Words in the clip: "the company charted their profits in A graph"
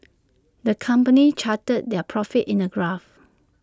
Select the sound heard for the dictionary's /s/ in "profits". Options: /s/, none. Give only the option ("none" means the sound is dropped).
none